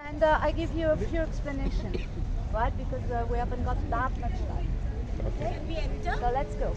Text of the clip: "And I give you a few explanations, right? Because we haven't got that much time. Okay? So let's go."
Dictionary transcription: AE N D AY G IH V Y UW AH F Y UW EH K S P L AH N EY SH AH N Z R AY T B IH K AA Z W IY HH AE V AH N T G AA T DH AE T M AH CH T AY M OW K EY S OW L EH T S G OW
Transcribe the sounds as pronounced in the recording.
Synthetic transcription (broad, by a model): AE N D AY G IH V Y UW AH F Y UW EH K S P L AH N EY SH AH N R AY T B IH K AA Z W IY HH AE V AH N T G AA T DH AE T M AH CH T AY OW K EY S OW L EH T S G OW